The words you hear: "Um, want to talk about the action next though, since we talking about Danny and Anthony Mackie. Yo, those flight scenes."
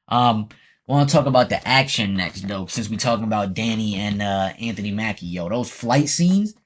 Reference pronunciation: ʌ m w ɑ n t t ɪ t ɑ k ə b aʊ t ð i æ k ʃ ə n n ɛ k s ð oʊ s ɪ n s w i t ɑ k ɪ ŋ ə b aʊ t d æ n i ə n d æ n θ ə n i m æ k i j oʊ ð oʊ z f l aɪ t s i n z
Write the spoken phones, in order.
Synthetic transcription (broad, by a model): ʌ m w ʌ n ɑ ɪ t ɑ k ə b aʊ t ð i æ k ʃ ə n n ɛ k s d oʊ s ɪ n s w i t ɑ k ɪ ŋ ə b aʊ t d æ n i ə n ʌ æ n θ ə n i m æ k i j oʊ ð oʊ z f l aɪ t s i n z